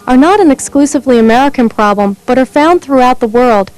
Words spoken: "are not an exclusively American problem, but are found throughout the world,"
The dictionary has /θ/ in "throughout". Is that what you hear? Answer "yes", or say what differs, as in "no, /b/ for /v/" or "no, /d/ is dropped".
yes